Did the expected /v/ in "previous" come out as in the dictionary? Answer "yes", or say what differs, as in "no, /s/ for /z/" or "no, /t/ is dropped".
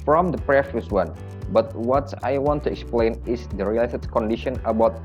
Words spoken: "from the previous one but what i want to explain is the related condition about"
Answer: no, /f/ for /v/